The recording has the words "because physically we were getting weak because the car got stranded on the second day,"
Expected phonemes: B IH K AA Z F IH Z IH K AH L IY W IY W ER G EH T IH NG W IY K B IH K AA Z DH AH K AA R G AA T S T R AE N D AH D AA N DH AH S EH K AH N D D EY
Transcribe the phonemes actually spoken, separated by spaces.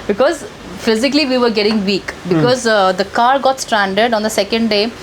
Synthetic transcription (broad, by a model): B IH K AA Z F IH Z IH K AH L IY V IY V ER G EH T IH NG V IY K B IH K AA Z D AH K AA R G AA T S T R AE N D AH D AA N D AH S EH K AH N D D EY